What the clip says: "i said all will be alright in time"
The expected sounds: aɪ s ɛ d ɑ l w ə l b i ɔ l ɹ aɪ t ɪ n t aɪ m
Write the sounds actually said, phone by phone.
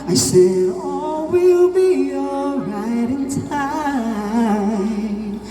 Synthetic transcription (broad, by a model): aɪ s ɛ d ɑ w ə l b i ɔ ɹ aɪ t ɪ n t aɪ